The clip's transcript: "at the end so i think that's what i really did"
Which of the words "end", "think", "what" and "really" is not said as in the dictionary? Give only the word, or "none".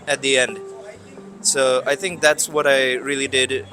none